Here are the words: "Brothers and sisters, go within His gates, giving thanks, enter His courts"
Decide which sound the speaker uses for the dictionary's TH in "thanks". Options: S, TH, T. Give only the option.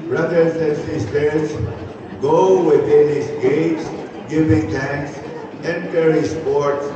T